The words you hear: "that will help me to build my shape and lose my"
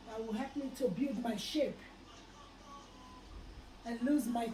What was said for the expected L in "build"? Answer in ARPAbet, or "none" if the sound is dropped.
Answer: none